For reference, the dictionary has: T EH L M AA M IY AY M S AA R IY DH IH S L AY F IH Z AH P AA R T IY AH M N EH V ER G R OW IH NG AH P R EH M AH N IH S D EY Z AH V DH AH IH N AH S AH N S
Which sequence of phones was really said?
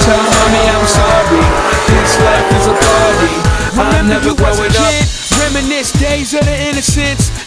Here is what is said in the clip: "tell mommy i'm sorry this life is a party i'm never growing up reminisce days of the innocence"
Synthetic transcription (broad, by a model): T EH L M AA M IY AY M S AA R IY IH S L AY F IH Z AH B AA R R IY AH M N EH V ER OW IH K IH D R EH M AH N IH S D EY Z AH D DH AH IH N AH S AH N S